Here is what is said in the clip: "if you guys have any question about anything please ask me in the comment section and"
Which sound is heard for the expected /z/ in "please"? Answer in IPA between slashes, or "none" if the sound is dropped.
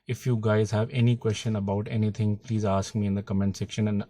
/z/